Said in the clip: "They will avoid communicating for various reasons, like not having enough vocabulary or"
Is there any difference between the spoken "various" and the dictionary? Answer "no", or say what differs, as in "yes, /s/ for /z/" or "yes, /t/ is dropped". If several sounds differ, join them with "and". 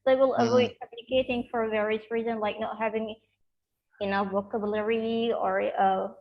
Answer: no